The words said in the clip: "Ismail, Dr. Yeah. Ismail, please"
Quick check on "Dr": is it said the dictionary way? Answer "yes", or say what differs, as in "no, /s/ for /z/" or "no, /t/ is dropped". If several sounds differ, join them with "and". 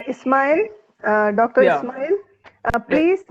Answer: yes